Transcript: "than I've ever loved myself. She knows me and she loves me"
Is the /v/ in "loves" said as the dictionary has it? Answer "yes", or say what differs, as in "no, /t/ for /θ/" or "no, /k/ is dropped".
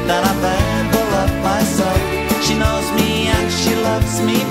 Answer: yes